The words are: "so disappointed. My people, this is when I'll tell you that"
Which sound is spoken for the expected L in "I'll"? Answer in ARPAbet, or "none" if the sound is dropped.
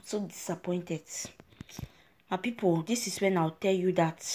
W